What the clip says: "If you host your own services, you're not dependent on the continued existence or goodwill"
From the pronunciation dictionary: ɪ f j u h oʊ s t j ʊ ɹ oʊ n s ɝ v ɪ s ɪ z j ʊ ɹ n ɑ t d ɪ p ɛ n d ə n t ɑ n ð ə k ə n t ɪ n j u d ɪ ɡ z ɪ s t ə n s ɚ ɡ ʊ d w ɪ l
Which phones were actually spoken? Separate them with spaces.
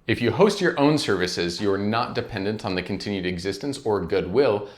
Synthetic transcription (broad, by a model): ɪ f j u h oʊ s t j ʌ ɹ oʊ n s ɝ v ɪ s ɪ z j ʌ ɹ n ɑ t d ɪ p ɛ n d ə n t n ð ə k n t ɪ n j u d ɪ ɡ z ɪ s t ə n s ɚ ɡ ʊ d w ɪ l